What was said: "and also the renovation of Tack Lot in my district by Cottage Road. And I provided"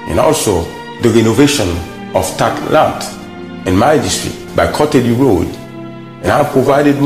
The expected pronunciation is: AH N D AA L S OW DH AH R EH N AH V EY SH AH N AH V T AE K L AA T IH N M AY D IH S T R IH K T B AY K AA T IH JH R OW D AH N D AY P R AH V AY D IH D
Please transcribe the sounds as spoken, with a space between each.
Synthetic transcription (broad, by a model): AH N AA L S OW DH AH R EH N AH V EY SH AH N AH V T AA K L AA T IH N M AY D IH S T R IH T B AY K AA T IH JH R OW D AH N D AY P R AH V AY D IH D